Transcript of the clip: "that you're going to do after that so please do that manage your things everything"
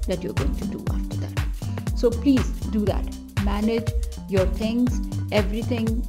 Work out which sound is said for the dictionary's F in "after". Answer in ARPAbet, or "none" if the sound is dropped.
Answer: F